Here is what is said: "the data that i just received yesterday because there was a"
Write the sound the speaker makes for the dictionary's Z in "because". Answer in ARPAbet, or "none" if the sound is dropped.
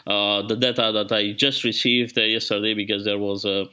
Z